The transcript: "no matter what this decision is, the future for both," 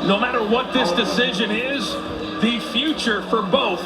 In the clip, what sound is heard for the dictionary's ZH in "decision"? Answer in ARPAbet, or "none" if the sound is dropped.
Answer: ZH